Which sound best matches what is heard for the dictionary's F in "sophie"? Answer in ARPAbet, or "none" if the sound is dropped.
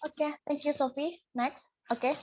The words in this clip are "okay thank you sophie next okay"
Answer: F